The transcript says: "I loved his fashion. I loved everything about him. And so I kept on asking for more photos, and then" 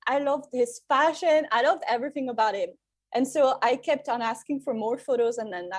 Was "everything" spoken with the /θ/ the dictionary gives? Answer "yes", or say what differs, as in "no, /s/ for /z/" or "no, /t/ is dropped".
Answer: yes